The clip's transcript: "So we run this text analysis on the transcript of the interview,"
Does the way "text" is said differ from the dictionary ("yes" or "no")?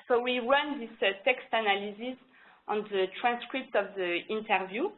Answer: no